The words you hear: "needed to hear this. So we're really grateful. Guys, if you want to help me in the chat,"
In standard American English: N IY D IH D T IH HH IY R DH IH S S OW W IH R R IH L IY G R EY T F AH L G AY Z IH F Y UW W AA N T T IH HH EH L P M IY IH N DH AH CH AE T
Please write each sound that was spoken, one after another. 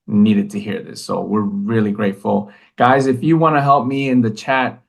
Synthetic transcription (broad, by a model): N IY D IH D T IH HH IY R DH IH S S OW W IH R R IH L IY G R EY T F L G AY Z IH F Y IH W AA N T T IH HH EH L P M IY IH N DH AH CH AE T